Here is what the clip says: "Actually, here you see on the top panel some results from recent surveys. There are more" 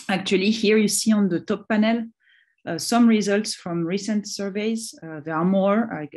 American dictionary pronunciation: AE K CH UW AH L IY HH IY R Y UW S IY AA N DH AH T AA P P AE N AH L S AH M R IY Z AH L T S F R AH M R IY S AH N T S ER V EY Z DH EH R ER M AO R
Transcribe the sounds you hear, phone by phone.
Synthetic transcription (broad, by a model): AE K CH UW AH L IY HH IY R Y UW S IY AA N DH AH T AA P P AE N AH L S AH M R IY Z AH L T S F R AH M R IY S AH N T S ER V EY Z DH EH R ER M AO R